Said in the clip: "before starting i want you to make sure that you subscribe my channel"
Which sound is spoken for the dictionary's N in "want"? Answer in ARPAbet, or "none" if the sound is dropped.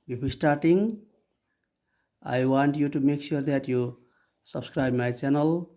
N